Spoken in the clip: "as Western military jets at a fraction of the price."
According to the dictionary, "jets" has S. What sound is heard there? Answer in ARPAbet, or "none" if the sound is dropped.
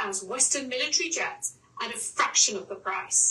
none